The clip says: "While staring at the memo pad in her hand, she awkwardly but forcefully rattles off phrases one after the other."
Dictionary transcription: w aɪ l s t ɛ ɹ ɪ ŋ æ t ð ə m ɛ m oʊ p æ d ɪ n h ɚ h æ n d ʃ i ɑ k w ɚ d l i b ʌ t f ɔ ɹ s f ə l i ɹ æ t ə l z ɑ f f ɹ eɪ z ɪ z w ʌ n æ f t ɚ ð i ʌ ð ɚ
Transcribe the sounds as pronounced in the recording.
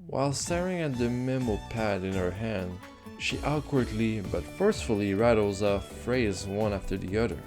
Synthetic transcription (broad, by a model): w aɪ l s t ɛ ɹ ɪ ŋ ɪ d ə m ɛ m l p æ d ɪ n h ɚ h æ n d ʃ i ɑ k w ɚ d l i b ʌ t f ɔ ɹ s f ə l i ɹ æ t l z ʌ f f ɹ eɪ ɪ z w ʌ n æ f t ɚ ð i ʌ ð ɚ